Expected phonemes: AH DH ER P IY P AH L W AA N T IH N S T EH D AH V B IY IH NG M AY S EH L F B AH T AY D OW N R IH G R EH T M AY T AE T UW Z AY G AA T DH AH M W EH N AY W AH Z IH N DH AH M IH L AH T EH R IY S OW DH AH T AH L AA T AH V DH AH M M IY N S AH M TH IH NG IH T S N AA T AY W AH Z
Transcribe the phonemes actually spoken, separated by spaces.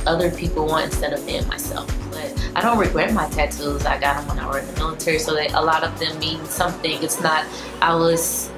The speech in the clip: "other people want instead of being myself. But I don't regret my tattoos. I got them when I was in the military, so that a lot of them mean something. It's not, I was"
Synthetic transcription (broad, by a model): AH DH ER P IY P L W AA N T IH N S T EH D AH V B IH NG M AY S EH L F B AH T AY D OW N R IH G R EH T M AY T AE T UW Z AY G AA T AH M W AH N AY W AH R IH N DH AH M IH L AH T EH R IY S OW DH AH T AH L AA T AH V DH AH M M IY N S AH M TH IH NG IH T S N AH T AY W AH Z